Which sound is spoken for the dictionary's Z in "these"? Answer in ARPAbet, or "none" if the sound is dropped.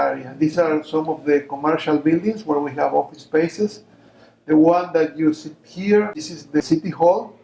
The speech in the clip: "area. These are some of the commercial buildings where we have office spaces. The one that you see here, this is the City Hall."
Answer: S